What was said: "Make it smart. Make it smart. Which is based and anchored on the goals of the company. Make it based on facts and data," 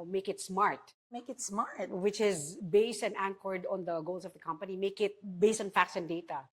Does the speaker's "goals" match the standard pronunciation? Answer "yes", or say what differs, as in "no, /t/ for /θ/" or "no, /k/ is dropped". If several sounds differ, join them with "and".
no, /s/ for /z/